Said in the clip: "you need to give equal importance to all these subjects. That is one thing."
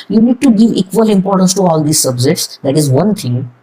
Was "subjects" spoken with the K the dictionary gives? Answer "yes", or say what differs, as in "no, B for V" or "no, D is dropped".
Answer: no, K is dropped